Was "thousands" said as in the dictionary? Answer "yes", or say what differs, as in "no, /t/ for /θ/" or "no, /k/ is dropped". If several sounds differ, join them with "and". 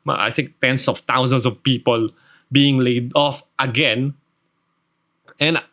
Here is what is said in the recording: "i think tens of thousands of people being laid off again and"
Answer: no, /t/ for /θ/ and /s/ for /z/